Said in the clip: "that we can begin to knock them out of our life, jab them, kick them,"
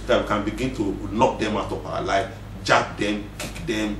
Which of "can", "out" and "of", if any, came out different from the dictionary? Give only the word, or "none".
of